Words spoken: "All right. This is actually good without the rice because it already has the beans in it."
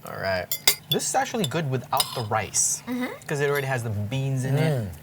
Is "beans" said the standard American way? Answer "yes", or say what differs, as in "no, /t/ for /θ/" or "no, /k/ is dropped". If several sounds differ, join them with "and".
yes